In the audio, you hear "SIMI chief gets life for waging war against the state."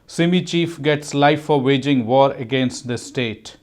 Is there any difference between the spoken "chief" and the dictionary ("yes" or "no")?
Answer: no